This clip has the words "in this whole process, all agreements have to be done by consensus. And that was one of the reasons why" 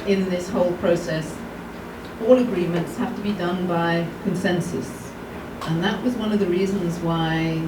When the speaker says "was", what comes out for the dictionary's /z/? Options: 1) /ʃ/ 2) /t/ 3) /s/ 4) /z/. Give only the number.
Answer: 4